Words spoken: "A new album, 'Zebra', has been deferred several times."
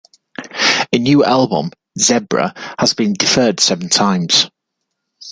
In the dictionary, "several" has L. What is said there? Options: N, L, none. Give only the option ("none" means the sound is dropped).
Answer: N